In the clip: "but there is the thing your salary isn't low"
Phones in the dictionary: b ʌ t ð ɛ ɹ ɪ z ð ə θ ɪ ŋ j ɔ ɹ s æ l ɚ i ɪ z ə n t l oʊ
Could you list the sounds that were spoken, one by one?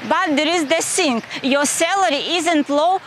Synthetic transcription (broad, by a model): b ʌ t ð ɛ ɹ ɪ z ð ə s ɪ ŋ j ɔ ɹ s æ l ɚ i ɪ z ə n t l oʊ